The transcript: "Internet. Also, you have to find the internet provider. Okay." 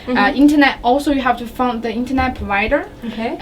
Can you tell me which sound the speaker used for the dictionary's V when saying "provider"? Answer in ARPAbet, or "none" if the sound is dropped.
V